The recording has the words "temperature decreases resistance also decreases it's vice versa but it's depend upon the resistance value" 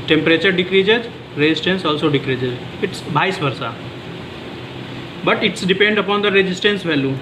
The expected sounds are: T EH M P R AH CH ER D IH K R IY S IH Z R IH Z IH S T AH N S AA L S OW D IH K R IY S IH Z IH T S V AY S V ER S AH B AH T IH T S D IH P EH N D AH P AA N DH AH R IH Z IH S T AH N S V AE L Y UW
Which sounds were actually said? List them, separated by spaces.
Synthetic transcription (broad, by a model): T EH M P R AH CH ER D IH K R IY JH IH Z R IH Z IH S T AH N S AA L S OW D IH K R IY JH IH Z IH T S B AY S B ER S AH B AH T IH T S D IH P EH N D AH P AA N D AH R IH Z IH S T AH N S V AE L Y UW